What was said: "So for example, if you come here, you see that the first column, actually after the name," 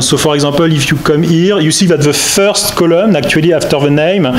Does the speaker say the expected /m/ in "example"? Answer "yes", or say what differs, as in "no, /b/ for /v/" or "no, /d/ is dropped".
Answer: no, /m/ is dropped